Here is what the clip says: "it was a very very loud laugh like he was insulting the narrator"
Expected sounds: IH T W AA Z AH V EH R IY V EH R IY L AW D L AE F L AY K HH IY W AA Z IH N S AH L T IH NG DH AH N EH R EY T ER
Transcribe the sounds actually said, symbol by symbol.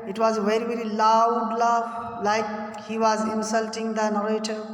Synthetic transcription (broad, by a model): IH T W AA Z V EH R IY V EH R IY L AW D L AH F L AY K HH IY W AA Z IH N S AH L T IH NG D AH N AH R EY T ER